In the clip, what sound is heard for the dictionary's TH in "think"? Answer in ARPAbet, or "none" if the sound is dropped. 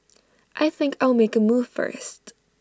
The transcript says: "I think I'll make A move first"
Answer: TH